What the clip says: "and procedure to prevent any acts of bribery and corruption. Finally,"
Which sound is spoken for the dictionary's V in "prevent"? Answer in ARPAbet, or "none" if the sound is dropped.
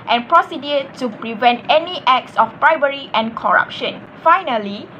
V